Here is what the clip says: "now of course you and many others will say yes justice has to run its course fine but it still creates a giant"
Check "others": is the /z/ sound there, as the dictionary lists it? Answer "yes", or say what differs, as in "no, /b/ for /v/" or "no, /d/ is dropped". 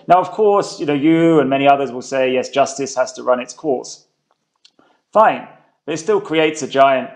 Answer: yes